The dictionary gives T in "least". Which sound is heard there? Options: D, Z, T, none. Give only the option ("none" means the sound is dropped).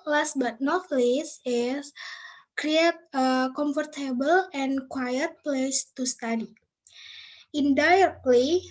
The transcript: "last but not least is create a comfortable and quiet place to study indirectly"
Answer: none